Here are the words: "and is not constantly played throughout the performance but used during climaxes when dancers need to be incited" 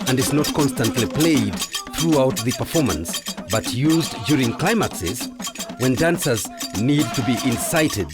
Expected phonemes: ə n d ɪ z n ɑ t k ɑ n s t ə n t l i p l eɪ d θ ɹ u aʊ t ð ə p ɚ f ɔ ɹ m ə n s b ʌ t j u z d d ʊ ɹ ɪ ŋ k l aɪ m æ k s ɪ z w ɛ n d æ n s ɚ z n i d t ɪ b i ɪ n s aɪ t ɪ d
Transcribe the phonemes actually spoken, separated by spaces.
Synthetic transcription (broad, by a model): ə n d ɪ z n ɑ t k ɑ n s t ə n t l i p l eɪ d θ ɹ u aʊ t ð ə p ɚ f ɔ ɹ m ə n s b ʌ t j u z d d ʊ ɹ ɪ ŋ k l aɪ m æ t s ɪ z w ɛ n d æ n s ɚ z n i d t ɪ b i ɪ n s aɪ t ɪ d